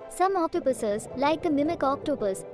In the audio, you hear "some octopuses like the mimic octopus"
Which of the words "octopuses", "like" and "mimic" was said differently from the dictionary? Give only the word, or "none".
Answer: octopuses